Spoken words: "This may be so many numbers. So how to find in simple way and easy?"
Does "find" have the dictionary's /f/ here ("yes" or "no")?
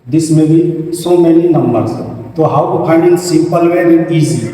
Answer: no